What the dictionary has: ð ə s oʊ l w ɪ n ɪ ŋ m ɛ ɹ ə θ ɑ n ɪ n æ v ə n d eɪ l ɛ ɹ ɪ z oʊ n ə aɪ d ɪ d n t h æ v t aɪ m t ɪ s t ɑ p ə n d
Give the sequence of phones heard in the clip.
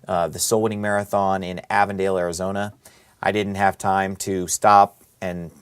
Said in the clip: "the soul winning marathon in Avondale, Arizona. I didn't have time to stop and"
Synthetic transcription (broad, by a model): ð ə s oʊ l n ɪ ŋ m ɛ ɹ ə θ ɑ n ɪ n æ v ə n d eɪ l ɛ ɹ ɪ z oʊ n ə aɪ d ɪ d n t h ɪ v t aɪ m t ɪ s t ɑ p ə n